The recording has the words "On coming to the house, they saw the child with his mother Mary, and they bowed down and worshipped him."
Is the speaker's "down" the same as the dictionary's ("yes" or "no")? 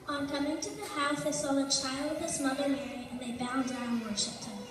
no